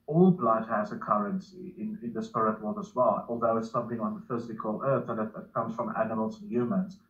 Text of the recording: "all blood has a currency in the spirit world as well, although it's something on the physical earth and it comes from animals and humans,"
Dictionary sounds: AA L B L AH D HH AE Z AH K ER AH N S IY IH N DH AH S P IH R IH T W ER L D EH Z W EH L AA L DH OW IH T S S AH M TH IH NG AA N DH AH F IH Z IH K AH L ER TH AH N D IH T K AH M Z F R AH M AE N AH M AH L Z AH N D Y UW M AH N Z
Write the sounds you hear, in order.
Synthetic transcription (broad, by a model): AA L B L AH D HH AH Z AH K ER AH N S IY IH N DH AH S P IH R IH T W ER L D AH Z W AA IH AA L DH OW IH T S S AH M TH IH NG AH N DH AH F IH Z IH K AH L ER TH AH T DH IH T K AH M Z F R AH M AE N AH M AH L Z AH N Y UW M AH N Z